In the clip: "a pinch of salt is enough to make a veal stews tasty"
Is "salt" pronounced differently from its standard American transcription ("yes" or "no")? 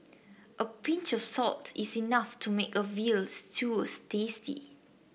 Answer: no